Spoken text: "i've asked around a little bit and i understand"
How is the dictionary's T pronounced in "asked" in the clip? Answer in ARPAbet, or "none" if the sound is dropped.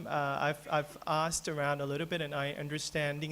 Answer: T